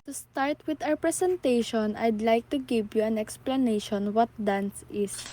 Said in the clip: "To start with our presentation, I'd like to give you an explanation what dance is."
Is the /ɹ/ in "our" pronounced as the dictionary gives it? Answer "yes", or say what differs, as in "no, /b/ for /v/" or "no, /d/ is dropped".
no, /w/ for /ɹ/